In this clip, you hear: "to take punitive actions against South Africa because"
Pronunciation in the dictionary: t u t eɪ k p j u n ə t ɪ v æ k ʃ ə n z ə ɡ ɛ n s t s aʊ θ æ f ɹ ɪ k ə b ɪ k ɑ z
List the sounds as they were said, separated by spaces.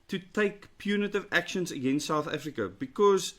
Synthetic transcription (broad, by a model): t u t eɪ k p j u n ə t ɪ v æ k ʃ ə n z ə ɡ ɛ n s t s aʊ θ æ f ɹ ɪ k ə b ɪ k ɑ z